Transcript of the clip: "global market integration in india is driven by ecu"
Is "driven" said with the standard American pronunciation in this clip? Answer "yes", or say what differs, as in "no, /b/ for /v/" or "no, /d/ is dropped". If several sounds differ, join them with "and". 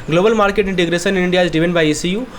no, /ɹ/ is dropped